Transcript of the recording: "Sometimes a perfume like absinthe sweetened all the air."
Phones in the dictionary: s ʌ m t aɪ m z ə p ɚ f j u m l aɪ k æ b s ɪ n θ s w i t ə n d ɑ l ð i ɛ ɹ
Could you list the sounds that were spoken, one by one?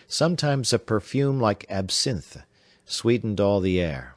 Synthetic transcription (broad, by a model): s ʌ m t aɪ m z ə p ɚ f j u m l aɪ k æ b s ɪ n θ s w i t n d ɑ l ð i ɛ ɹ